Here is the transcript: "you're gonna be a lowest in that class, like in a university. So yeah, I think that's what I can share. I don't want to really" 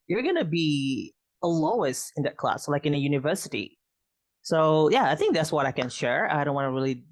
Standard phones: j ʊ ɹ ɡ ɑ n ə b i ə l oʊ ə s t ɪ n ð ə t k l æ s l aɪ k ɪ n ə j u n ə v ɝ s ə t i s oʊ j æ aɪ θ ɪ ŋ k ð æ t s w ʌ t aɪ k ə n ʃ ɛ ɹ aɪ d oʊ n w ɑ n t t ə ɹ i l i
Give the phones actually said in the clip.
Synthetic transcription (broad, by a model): j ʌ ɹ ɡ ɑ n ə b i ə l oʊ ə s t ɪ n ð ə t k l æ s l aɪ k ɪ n ə j u n ə v ɝ s ə t i s oʊ j æ aɪ θ ɪ ŋ k ð æ t s w ʌ t aɪ k ə n ʃ ɛ ɹ aɪ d oʊ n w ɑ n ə ɹ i l i